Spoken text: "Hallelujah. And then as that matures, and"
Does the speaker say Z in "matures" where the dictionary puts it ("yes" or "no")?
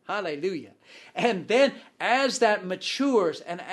yes